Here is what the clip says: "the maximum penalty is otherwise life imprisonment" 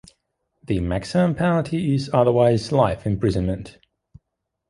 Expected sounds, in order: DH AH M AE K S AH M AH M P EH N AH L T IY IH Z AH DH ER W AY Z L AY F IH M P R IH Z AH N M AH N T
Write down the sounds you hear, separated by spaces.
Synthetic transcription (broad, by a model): DH AH M AE K S AH M AH M P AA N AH T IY IH Z AH DH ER W AY Z L AY F IH M P R IH Z AH N M AH N T